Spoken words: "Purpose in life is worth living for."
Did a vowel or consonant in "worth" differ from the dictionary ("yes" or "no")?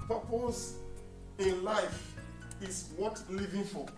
yes